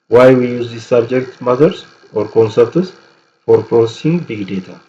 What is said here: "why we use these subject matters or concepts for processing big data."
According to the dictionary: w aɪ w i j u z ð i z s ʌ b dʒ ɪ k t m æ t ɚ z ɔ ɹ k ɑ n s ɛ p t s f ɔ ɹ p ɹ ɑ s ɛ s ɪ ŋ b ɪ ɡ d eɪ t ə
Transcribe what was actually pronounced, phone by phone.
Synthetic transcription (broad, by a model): w aɪ w i j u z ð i s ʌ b dʒ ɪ k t m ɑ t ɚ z ɔ ɹ k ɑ n s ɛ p t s f ɔ ɹ p ɹ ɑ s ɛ s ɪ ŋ b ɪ ɡ d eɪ t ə